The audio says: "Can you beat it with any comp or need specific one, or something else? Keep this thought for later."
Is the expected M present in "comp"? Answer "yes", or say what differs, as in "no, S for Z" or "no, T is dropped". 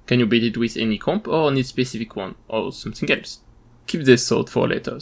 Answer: yes